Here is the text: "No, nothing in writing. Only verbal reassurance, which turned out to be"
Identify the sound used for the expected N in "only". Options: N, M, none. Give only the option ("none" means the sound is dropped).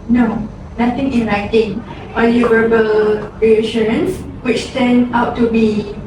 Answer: none